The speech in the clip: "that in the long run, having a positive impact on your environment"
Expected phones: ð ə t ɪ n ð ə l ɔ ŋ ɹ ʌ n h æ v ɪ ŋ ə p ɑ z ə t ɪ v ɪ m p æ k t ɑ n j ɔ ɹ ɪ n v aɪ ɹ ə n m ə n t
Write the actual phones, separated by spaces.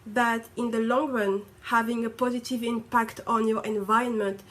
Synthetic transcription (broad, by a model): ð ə t ɪ n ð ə l ɔ ŋ ɹ ʌ n h æ v ɪ ŋ ə p ɑ z ə t ɪ v ɪ m p æ k t ɑ n j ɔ ɹ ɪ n v aɪ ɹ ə n m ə n t